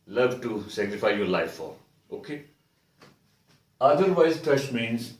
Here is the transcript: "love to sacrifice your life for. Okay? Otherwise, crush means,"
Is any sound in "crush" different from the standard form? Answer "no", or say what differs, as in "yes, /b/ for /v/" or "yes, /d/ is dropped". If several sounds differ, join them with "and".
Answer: yes, /s/ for /ʃ/